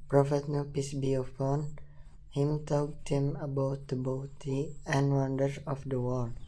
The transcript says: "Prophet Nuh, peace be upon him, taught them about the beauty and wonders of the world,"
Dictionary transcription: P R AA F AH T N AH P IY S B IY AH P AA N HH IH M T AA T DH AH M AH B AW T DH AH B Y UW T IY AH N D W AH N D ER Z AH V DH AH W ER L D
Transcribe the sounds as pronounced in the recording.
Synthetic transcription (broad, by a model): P R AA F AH T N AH P IY S B IY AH F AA N HH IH M T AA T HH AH M AH B AW T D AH B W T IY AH N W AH N D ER S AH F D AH W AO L